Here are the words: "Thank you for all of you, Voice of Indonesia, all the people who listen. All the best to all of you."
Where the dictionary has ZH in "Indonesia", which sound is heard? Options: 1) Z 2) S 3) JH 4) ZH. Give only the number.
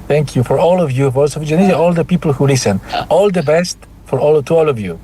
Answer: 1